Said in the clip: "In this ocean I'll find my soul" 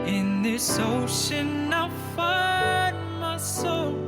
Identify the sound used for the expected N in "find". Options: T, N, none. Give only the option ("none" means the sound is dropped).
none